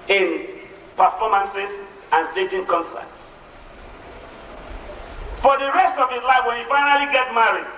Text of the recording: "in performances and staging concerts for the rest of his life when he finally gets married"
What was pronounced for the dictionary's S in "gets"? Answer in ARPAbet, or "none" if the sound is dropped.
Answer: none